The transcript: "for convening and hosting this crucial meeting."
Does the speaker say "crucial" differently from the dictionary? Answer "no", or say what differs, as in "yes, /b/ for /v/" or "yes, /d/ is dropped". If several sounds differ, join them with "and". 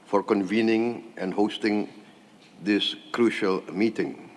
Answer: no